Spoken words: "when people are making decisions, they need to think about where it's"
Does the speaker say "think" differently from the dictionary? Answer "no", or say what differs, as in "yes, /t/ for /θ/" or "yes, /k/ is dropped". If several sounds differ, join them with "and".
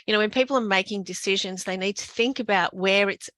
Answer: no